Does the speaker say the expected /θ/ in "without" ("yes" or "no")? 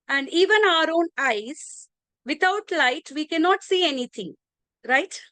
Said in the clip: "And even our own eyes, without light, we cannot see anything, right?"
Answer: no